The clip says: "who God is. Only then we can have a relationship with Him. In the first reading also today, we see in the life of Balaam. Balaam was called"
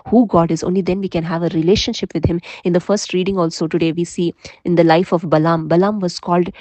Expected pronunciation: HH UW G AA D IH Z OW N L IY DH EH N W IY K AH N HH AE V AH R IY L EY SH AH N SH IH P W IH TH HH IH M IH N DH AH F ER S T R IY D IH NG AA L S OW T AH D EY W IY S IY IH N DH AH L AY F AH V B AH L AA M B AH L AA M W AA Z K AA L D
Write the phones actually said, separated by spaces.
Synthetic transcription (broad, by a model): HH UW G AA D IH Z OW N L IY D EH N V IY K AH N HH AE V AH R IY L EY SH AH N SH IH P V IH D HH IH M IH N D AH F ER S T R IY D IH NG AA L S OW T AH D EY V IY S IY IH N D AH L AY F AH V B AH L AA M B AH L AA M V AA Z K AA L D